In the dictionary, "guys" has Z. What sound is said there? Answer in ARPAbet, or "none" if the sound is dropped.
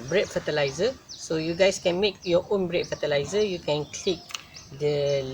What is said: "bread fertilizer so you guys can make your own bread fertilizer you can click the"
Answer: S